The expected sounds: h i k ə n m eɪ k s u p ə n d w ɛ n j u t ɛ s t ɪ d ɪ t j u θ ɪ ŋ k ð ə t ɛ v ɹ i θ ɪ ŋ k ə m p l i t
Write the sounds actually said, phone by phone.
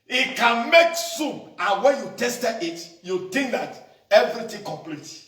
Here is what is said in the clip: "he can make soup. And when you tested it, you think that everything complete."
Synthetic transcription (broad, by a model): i k ə n m eɪ k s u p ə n w ɛ n j u t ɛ s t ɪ ɪ t j u t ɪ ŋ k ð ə t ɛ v ɹ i t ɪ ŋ k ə m p l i t